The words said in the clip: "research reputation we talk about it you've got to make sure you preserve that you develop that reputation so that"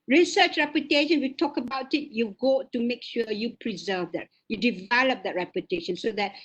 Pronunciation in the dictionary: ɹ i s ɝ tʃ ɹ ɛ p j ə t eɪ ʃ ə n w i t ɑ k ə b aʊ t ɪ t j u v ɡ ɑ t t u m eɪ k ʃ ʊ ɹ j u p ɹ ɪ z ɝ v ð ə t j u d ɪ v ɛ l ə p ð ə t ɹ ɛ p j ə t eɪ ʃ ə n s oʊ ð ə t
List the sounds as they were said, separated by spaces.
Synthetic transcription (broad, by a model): ɹ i s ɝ tʃ ɹ ɛ p j ə t eɪ ʃ ə n w i t ɑ k ə b aʊ t ɪ t j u ɡ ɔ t t u m eɪ k ʃ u j u p ɹ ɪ z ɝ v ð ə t j u d ɪ v ɛ l ə p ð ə t ɹ ɛ p j ə t eɪ ʃ ə n s oʊ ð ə t